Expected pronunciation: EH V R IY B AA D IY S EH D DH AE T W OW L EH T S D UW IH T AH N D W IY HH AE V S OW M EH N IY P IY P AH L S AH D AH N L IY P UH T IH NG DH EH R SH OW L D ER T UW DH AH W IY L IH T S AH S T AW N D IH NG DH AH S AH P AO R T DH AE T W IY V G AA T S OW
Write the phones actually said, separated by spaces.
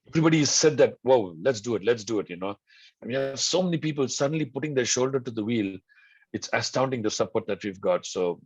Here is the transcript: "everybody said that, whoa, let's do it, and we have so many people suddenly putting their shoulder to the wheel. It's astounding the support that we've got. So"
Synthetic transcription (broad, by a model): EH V R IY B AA D IY S EH D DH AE T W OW L EH T S D UW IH T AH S D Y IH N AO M S OW M EH N IY P IY P AH L S AH D AH N L IY P UH T IH NG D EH R SH OW L D ER T UW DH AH W IY L IH T S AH S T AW N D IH NG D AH S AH P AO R T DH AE T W IY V G AA T S OW